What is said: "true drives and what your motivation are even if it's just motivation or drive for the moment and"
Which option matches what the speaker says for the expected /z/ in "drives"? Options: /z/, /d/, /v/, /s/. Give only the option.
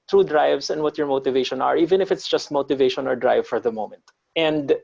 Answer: /s/